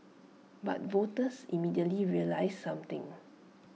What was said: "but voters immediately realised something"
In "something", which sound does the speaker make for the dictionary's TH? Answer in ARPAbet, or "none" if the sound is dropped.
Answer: T